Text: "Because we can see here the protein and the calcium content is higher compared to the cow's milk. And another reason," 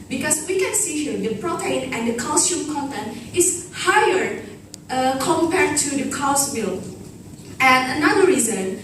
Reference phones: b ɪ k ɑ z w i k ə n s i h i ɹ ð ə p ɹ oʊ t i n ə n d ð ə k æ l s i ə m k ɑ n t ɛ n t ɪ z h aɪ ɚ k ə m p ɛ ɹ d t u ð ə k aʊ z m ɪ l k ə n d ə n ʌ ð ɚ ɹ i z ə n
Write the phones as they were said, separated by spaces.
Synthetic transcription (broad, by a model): b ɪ k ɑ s w i k ə n s i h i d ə p ɹ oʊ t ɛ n ə n d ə k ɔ s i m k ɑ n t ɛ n ɪ s h aɪ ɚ k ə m p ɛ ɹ t u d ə k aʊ s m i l ə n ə n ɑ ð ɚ ɹ i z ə n